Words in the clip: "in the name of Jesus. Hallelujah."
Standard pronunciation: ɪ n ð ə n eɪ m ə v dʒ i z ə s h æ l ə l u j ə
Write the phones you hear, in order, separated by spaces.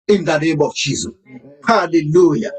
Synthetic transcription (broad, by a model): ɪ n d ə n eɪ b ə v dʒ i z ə h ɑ l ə l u j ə